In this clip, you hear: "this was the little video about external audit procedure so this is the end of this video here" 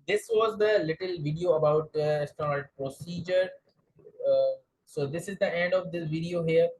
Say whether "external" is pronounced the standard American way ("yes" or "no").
no